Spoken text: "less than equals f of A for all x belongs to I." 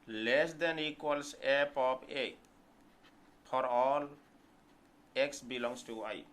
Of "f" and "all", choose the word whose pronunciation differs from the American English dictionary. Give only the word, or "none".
f